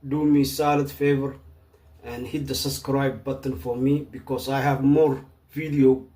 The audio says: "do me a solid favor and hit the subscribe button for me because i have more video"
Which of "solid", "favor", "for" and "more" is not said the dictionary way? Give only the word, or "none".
none